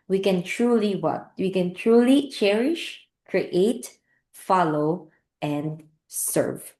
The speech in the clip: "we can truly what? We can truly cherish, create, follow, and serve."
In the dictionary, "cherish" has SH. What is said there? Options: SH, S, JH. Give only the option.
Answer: SH